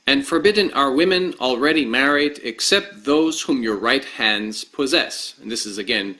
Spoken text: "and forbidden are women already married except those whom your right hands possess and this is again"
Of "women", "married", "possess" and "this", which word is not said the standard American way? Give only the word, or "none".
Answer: none